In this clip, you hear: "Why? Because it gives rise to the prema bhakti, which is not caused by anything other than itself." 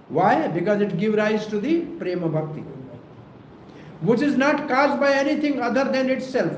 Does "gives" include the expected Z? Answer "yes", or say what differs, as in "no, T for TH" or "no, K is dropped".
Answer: no, Z is dropped